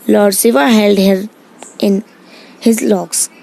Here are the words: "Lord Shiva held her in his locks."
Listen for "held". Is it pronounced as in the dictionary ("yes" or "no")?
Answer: yes